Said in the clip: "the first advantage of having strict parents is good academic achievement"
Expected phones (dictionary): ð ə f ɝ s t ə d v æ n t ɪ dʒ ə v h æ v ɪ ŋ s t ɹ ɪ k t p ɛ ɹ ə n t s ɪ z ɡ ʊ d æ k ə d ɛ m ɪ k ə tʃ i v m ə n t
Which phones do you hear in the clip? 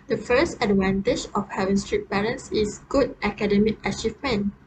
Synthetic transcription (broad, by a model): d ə f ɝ s t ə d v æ n t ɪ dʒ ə f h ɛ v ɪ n s t ɹ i t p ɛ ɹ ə n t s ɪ s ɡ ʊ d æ k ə d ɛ m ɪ k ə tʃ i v m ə n